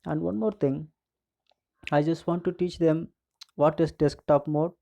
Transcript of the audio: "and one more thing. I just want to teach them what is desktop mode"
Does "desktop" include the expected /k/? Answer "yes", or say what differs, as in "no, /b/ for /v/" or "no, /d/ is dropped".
yes